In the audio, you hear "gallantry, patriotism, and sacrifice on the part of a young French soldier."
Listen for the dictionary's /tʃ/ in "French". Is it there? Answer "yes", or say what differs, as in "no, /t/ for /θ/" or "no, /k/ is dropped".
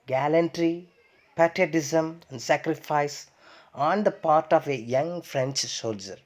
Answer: yes